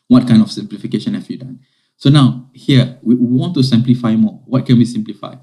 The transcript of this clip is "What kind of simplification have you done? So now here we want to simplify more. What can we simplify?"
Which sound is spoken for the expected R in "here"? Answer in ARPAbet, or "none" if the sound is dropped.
W